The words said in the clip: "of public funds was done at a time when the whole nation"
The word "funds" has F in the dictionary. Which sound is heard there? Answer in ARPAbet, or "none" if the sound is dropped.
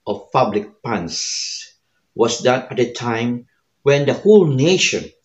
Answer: P